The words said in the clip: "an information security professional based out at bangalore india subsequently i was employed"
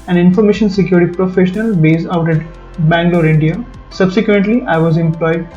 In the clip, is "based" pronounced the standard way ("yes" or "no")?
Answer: no